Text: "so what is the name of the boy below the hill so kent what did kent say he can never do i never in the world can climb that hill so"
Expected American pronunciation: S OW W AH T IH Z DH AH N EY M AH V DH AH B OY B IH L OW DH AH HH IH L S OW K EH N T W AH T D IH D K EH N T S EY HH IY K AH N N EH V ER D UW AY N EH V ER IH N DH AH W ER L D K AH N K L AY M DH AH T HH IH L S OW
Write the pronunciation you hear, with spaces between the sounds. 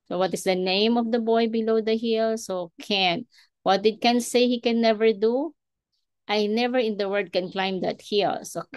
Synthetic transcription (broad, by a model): S OW W AH T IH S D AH N EY M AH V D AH B OY B IH L OW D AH HH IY L S OW K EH N W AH T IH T K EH N S EY HH IY K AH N N EH V ER D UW AY N EH V ER IH N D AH W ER D K AH N K L AY M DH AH T HH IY L S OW